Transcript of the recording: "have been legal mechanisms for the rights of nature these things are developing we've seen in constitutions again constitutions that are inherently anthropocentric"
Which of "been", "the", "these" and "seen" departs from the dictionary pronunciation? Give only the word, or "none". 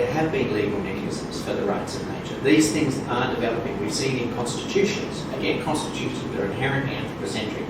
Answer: seen